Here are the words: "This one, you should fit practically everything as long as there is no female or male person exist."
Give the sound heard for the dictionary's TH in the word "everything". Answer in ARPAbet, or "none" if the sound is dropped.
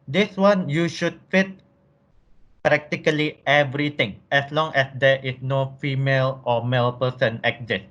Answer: T